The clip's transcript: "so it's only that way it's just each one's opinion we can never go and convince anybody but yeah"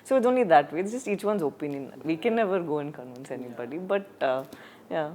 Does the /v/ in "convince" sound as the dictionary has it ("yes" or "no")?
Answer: no